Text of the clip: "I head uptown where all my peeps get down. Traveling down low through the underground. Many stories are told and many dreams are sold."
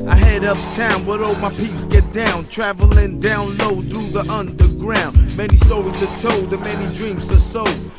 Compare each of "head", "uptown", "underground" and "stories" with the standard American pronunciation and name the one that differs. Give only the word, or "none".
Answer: stories